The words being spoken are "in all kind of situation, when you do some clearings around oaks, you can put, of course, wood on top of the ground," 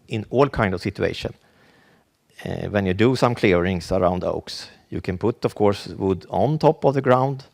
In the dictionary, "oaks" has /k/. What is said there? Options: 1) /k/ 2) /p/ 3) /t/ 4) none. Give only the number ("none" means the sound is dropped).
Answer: 1